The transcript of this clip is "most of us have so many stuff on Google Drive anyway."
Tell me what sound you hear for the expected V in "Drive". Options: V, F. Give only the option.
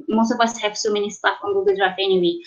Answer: F